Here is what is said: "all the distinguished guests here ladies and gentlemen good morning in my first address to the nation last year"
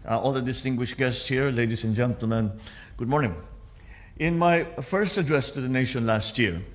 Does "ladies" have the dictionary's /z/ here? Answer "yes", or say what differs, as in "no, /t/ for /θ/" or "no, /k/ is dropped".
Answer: no, /s/ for /z/